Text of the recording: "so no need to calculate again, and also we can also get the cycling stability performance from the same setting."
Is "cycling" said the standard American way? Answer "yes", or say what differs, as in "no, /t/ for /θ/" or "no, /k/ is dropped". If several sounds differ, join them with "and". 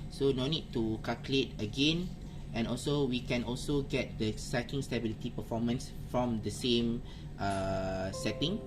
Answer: no, /l/ is dropped